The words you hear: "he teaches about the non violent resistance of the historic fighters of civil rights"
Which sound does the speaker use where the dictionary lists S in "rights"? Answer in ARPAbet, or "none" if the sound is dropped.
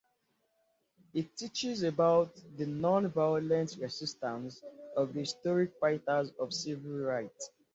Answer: none